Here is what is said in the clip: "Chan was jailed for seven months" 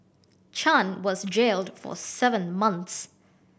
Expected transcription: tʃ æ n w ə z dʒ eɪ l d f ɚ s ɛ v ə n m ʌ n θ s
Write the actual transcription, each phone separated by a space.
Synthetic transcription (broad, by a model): tʃ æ n w ə z dʒ eɪ l d f ɚ s ɛ v ə n m ʌ n θ s